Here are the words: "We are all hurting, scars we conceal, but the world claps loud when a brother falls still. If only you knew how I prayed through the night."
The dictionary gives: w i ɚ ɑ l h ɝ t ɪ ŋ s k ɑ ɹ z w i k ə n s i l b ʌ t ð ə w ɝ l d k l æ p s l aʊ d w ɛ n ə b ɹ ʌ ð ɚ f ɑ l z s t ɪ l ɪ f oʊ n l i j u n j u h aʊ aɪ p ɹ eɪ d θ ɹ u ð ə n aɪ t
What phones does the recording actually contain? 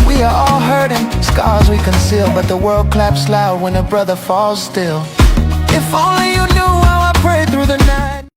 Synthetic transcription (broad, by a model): w i ɚ ɑ l h ɝ t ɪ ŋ s k ɑ ɹ z w i k ə n s i l b ʌ t ð ə w ɝ l d k l æ p s l aʊ d w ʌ n ə b ɹ ʌ ð ɚ f ɑ l z s t ɪ l ɪ f oʊ n l i j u n j u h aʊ aɪ p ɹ eɪ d θ ɹ u ð ə n aɪ t